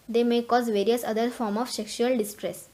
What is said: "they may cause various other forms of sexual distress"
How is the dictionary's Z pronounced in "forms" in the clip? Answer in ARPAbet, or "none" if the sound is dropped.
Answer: none